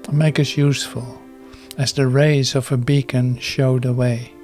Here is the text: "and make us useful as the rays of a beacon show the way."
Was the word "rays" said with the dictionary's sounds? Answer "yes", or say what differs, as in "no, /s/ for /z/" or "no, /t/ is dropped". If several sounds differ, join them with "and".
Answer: yes